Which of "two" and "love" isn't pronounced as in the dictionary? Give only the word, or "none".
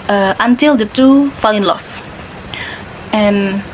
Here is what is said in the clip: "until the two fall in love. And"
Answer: love